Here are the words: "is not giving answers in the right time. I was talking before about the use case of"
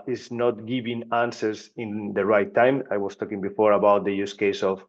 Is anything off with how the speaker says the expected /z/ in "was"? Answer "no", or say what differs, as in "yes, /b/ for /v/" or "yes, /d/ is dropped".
yes, /s/ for /z/